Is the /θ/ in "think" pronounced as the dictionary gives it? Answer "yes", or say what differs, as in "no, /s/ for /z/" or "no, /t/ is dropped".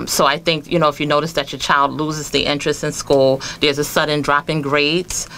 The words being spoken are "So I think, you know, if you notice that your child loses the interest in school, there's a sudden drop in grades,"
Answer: yes